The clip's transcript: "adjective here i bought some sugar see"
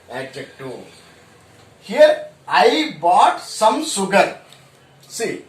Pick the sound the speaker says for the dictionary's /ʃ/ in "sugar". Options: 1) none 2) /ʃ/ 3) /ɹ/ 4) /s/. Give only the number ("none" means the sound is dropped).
4